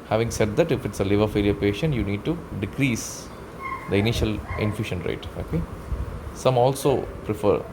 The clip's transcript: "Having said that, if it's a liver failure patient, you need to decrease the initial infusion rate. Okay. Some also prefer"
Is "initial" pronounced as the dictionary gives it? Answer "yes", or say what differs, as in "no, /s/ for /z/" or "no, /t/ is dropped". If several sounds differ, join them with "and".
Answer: yes